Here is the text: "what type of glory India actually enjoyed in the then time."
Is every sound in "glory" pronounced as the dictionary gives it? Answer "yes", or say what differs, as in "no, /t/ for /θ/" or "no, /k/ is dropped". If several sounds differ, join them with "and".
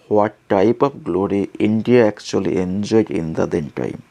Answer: yes